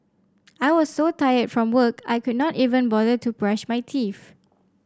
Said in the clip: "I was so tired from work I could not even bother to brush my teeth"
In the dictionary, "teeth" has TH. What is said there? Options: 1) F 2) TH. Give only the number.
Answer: 1